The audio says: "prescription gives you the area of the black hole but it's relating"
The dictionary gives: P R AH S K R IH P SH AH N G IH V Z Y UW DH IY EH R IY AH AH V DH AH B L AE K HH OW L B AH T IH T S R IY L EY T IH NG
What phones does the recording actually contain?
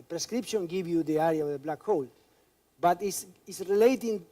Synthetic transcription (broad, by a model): P R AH S K R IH P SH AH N G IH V Y UW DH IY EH R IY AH AH V DH AH B L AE K HH OW L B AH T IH S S R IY L EY T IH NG